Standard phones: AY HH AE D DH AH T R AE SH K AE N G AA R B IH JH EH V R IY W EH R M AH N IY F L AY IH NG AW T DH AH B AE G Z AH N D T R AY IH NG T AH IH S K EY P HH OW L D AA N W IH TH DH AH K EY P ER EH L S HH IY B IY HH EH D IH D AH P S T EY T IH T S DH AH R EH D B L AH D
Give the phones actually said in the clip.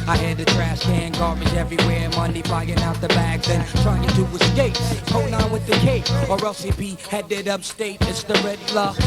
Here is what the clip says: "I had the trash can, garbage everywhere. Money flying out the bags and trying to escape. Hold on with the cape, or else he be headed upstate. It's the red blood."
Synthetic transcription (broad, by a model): AY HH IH D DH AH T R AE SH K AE N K AA R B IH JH EH V R IY W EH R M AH N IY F AY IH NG AW T DH AH B AE G Z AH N T R AY IH NG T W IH S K EY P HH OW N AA N W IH DH AH K EY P ER EH L S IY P IY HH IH D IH D AH P S T EY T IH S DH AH R EH D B L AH